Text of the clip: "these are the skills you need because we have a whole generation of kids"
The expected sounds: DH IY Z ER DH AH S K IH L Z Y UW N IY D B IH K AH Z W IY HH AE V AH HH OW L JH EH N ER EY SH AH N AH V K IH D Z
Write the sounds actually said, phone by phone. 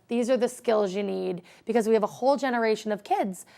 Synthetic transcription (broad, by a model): DH IY Z ER DH AH S K IH L Z Y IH N IY D B IH K AH Z W IY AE V AH HH OW L JH EH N ER EY SH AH N AH V K IH D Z